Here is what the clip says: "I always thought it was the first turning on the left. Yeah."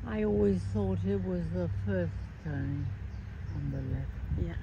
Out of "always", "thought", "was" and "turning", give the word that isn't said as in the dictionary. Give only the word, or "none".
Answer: turning